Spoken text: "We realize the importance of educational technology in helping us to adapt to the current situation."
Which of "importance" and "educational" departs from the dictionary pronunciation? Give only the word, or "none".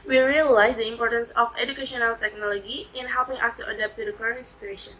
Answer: none